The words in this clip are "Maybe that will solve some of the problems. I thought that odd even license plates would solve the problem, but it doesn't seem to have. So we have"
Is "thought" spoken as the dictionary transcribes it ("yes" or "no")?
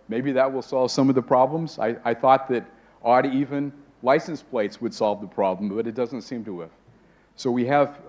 yes